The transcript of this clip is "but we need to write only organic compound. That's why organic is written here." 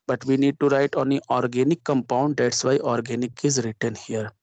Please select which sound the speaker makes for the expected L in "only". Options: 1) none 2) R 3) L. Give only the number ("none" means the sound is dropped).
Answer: 1